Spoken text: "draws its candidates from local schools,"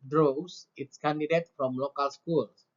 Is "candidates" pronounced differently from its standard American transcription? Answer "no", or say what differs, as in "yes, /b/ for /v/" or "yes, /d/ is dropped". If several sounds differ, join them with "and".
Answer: yes, /s/ is dropped